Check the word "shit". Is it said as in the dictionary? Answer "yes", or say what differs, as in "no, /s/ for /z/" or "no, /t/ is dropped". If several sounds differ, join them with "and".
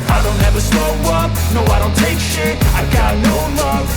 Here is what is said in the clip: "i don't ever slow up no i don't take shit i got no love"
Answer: no, /t/ is dropped